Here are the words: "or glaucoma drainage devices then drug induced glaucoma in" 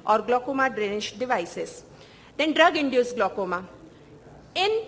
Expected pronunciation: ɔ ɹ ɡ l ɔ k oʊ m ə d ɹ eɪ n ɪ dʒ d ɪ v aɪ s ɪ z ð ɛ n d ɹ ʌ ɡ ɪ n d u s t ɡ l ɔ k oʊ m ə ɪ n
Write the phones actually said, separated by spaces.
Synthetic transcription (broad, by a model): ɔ ɹ ɡ l ɔ k oʊ m ə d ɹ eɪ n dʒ d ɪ v aɪ s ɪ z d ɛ n d ɹ ʌ ɡ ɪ n d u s ɡ l ɔ k oʊ m ə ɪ n